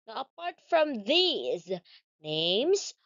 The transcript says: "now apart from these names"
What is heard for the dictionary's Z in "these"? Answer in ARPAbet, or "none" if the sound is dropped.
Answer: Z